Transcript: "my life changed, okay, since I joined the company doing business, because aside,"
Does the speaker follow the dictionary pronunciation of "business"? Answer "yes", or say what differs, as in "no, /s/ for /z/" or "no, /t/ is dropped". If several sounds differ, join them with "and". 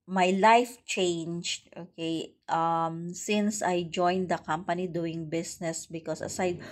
no, /s/ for /z/